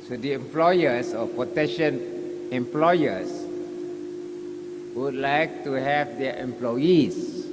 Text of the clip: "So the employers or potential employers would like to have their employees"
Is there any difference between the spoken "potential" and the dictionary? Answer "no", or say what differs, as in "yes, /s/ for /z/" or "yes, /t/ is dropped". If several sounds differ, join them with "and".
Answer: yes, /n/ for /l/